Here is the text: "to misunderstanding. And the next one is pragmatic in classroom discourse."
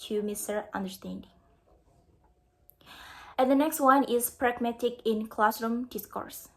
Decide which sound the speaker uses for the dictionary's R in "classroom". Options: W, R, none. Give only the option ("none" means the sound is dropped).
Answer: R